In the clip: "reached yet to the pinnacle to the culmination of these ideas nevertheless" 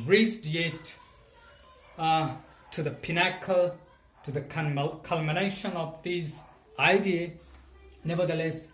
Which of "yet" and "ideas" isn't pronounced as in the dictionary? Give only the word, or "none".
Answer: ideas